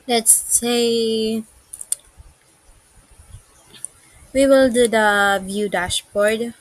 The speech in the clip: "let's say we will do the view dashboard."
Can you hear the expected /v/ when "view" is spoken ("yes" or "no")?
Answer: yes